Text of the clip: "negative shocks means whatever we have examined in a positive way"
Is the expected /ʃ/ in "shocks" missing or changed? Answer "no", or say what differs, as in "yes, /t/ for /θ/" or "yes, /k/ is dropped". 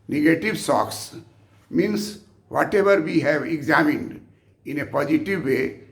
yes, /s/ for /ʃ/